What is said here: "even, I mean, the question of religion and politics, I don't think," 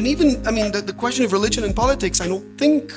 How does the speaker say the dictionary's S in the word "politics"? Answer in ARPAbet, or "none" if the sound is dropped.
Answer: S